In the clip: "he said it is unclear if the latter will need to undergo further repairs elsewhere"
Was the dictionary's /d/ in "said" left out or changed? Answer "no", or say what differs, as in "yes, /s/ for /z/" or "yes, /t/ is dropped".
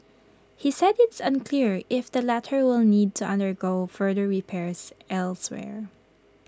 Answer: no